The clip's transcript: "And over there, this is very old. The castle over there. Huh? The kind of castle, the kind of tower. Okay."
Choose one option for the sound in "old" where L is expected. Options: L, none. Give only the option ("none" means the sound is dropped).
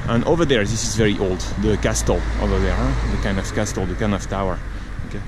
L